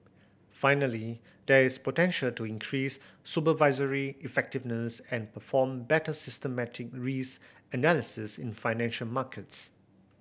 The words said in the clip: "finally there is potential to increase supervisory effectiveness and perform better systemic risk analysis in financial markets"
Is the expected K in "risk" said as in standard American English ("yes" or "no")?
no